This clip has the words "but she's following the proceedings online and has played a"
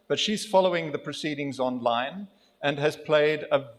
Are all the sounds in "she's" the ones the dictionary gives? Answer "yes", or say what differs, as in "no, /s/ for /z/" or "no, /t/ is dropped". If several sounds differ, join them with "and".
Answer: yes